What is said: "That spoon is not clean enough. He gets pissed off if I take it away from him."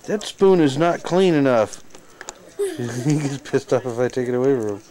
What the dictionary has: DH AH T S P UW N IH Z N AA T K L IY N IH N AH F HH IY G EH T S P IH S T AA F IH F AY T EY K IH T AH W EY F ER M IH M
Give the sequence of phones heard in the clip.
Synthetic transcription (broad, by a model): DH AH T S P UW N IH Z N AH T K L IY N IH N AH F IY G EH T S P IH S T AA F IH F AY T EY K IH T AH W EY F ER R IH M